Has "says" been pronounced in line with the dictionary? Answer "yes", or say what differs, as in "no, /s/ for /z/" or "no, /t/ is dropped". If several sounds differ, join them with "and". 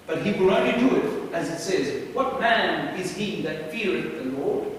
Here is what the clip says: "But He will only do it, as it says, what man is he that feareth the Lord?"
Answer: yes